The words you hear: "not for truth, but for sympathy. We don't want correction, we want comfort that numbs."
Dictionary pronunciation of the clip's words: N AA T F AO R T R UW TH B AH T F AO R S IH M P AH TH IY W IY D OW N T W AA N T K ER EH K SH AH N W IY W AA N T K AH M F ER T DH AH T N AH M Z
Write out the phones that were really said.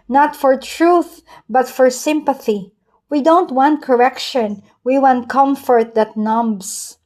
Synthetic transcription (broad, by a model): N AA T F AO R T R UW TH B AH T F AO R S IH M P AH TH IY W IY D OW N T W AA N T K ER EH K SH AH N W IY W AA N T K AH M F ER T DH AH T N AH M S